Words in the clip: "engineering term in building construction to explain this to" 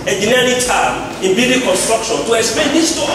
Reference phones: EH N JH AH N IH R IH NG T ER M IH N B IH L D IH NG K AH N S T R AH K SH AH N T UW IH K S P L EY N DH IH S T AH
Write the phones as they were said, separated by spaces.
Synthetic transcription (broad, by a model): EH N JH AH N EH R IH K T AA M IH N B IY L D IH K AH N S T R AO K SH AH N T UW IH K S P EY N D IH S T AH